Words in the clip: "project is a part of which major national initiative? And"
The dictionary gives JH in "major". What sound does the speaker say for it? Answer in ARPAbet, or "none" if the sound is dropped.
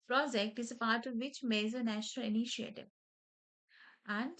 Z